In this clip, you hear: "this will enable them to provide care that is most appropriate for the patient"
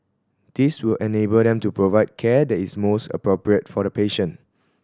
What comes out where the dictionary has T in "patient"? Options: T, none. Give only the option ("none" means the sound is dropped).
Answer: none